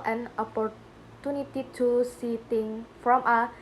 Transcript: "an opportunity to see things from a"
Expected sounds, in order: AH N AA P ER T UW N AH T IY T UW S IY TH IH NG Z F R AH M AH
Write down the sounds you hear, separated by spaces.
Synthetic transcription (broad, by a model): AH N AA P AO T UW N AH T IY T UW S IY T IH NG F R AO M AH